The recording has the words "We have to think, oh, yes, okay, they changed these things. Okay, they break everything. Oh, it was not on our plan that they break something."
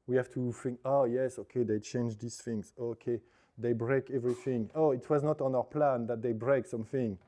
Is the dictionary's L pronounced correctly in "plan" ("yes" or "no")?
yes